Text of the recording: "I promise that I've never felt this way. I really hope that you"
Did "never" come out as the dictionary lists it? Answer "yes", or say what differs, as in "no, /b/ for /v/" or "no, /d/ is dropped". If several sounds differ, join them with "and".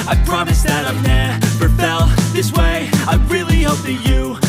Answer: no, /p/ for /v/